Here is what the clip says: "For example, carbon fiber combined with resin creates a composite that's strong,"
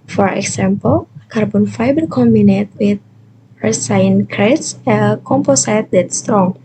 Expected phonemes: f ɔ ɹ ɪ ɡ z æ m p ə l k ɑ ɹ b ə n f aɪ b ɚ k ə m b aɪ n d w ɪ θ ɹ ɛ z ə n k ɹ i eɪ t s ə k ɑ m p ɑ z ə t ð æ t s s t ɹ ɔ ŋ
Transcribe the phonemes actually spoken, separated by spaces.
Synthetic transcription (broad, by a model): f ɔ ɹ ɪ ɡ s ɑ m p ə l k ɑ ɹ b ə n f aɪ b ɚ k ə m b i n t w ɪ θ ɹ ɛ s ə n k ɹ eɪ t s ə k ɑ m p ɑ s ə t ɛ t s s t ɹ ɔ ŋ